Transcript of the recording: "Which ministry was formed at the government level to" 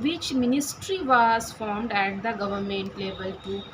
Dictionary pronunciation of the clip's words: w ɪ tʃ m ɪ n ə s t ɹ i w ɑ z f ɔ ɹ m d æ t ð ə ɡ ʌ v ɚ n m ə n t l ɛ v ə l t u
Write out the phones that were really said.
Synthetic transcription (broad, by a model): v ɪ tʃ m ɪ n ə s t ɹ i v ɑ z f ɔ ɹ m d æ t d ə ɡ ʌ v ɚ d m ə n t l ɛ b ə l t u